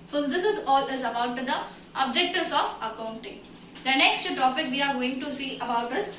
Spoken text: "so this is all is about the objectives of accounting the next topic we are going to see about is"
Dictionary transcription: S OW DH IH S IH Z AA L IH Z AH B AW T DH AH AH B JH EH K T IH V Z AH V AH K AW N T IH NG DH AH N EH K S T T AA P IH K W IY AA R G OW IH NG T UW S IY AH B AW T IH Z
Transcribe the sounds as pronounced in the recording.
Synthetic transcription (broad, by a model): S OW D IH S IH Z AA L IH Z AH B AW T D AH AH B JH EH K T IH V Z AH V AH K AW N T IH NG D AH N EH K S T T AA P IH K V IY AA R G OW IH NG T UW S IY AH B AW T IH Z